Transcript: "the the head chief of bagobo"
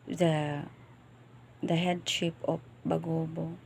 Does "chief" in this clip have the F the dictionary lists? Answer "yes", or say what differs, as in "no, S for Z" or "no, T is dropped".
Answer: no, P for F